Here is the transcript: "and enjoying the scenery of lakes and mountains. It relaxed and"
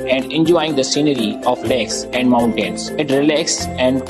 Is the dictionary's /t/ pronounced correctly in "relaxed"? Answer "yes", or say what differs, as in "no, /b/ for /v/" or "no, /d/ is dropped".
no, /t/ is dropped